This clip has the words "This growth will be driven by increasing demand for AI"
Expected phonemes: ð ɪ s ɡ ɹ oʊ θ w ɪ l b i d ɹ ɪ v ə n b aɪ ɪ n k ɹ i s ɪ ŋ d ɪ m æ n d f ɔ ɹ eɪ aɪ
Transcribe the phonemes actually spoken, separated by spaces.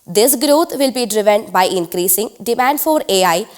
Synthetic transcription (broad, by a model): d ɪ s ɡ ɹ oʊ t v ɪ l b i d ɹ ɪ v ə n b aɪ ɪ n k ɹ i s ɪ ŋ d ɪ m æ n d f ɔ ɹ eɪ aɪ